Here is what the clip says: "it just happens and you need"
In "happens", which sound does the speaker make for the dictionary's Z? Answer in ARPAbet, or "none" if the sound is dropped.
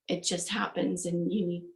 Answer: Z